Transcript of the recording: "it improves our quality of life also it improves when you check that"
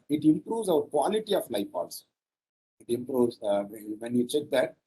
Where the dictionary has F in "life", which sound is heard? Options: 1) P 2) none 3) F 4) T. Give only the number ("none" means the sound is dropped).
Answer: 1